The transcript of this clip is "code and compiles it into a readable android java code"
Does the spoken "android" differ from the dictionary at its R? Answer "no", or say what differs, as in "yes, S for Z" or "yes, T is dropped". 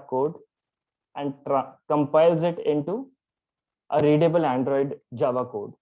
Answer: no